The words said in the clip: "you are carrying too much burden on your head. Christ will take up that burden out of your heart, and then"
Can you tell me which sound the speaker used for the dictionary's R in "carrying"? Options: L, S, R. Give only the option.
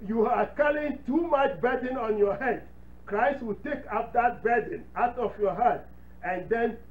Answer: L